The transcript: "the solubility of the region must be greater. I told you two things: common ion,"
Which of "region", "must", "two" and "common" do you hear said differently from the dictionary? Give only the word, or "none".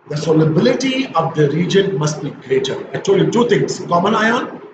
none